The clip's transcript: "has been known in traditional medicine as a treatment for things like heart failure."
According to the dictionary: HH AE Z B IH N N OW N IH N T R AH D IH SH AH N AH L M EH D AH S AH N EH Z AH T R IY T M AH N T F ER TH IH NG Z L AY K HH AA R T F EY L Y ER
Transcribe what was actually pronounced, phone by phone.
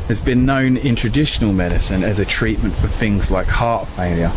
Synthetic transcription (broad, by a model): HH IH Z B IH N N OW N IH N T R AH D IH SH AH N AH L M EH D AH S AH N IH Z AH T R IY T M AH N T F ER TH IH NG Z L AY K HH AA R T F EY L Y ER